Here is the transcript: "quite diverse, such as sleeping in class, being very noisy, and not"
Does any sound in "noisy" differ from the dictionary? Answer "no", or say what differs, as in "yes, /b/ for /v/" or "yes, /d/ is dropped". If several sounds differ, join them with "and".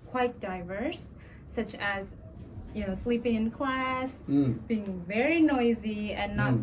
no